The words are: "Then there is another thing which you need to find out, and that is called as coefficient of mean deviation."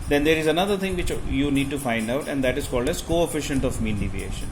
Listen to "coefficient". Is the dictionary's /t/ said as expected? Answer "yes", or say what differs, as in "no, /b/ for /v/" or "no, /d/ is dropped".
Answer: yes